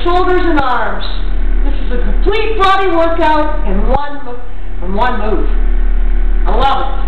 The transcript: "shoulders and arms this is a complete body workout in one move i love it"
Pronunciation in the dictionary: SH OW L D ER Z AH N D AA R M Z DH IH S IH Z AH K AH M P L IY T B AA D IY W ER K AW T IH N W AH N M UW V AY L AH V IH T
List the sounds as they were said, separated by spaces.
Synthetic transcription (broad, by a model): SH OW L D ER Z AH N AA R M Z DH IH S IH Z AH K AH M P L IY T B AA D IY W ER K AW T IH N W AH N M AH W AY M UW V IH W